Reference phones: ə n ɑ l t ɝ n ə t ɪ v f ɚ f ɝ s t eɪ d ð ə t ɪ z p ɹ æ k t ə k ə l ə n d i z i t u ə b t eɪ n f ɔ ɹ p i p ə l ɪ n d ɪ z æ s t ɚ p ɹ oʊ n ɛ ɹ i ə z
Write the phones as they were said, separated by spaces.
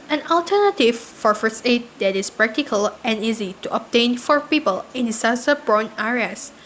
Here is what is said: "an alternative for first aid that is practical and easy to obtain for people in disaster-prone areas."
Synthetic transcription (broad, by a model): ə n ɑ l t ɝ n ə t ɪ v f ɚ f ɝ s eɪ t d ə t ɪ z p ɹ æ k t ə k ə l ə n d i z i t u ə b t eɪ n f ɔ ɹ p i p ə l ɪ n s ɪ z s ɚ b ɹ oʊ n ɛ ɹ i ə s